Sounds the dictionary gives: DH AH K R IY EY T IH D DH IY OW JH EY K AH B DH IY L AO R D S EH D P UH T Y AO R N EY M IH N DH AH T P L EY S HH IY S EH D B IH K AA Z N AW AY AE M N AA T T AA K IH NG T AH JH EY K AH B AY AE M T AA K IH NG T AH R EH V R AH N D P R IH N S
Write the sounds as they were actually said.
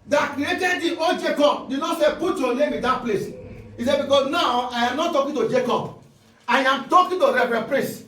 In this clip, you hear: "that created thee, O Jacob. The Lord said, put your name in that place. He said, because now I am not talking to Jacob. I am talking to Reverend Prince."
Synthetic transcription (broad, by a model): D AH K R IY EY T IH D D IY OW JH EY K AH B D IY N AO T S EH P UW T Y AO N EY M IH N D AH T P L EY S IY S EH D B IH K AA S N AW AY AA M N AA T T AA K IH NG T AH JH EY K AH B AY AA M T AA K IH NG T AH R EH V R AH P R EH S